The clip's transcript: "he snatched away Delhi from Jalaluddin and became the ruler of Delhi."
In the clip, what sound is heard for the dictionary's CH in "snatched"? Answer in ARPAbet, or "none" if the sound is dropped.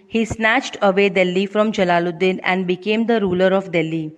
CH